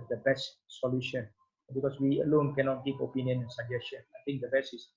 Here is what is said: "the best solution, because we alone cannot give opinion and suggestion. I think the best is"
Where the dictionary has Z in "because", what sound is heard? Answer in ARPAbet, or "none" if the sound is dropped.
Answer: S